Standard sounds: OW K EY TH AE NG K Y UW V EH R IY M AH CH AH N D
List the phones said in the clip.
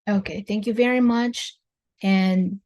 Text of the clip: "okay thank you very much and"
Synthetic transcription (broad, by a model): OW K EY TH AE NG K Y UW V EH R IY M AH CH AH N